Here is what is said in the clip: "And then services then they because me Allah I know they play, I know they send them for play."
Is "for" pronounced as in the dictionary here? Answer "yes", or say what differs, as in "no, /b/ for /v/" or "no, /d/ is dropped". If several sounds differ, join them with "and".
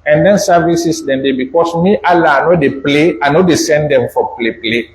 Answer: no, /l/ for /ɹ/